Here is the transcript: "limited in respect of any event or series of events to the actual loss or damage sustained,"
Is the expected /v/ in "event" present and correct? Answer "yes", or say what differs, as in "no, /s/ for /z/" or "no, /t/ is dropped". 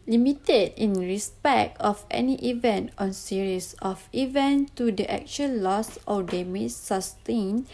yes